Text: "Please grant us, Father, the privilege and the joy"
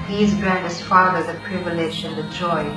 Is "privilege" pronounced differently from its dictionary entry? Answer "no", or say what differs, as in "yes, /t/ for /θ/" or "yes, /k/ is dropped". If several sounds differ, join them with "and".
yes, /ʃ/ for /dʒ/